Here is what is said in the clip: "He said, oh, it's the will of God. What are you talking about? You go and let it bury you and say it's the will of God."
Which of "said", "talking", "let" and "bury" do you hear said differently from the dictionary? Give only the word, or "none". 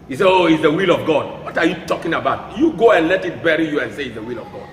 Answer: said